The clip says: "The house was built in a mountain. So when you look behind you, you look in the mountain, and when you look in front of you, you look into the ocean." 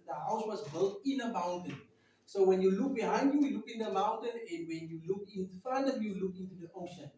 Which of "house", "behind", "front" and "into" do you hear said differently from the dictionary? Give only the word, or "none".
front